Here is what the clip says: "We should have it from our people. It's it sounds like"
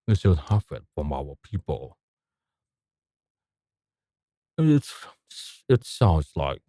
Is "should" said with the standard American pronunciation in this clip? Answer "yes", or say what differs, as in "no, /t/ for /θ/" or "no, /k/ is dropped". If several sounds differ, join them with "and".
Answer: no, /s/ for /ʃ/